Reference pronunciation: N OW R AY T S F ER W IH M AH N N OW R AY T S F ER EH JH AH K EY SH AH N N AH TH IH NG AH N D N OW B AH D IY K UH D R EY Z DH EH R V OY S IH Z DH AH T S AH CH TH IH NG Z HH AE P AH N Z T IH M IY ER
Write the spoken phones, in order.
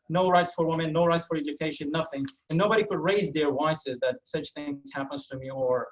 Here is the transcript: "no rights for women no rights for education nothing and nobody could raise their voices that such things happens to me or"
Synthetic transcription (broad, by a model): N OW R AY T S F ER W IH M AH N N OW R AY T S F ER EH JH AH K EY SH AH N N AH TH IH NG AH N N OW B AH D IY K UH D R EY Z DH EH R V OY S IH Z DH AH T S AH CH TH IH NG Z HH AE P AH N Z T IH M IY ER